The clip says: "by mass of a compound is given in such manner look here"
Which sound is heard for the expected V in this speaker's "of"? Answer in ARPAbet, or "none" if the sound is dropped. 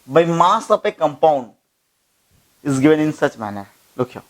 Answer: P